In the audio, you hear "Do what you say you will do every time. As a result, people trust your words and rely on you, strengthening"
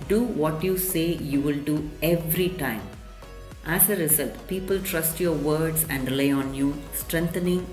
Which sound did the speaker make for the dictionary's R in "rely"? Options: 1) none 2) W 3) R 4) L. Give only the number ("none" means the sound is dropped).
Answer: 4